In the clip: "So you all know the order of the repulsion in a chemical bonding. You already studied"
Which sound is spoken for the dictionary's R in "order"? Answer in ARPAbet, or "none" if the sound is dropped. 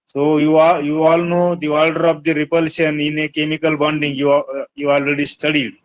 L